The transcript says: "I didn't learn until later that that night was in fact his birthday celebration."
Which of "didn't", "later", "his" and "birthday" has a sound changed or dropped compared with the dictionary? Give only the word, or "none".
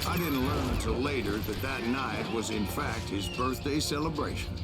none